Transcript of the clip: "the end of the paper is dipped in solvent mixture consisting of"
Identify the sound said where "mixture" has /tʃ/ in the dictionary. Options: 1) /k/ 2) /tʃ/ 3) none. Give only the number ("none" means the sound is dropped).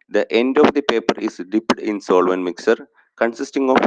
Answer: 3